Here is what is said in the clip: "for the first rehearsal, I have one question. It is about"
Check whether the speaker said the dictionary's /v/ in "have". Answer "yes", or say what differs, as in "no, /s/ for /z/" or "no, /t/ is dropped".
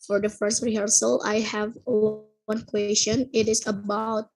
yes